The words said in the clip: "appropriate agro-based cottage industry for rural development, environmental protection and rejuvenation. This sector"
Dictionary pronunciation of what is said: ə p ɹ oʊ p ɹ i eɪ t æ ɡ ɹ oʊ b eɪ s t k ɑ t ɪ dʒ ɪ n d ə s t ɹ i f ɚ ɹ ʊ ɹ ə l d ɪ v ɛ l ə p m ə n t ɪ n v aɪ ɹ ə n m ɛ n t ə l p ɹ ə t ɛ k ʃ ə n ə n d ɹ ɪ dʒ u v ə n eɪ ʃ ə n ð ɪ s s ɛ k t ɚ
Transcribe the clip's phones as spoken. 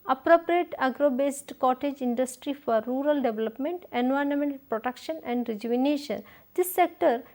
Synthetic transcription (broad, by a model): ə p ɹ oʊ p ɹ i eɪ t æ ɡ ɹ oʊ b eɪ s t k ɑ t ɪ dʒ ɪ n d ə s t ɹ i f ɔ ɹ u ɹ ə l d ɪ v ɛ l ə p m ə n t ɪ n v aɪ ə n m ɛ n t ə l p ɹ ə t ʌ k ʃ ə n ə n d ɹ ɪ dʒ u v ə n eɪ ʃ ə n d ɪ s s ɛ k t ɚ